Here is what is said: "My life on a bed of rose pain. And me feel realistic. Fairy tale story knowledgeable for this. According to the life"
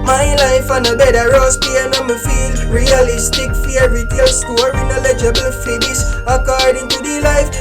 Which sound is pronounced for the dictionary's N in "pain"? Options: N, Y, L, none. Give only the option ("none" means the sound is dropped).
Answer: none